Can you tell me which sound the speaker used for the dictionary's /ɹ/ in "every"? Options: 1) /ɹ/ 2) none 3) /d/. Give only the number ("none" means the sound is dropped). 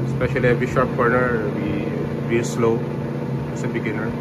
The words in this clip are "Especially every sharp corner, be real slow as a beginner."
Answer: 2